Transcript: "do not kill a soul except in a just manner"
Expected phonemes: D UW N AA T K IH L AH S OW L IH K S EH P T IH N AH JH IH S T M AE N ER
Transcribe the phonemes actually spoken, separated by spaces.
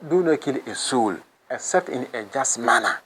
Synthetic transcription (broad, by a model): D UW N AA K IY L AH S OW L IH S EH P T IH N AH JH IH S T M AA N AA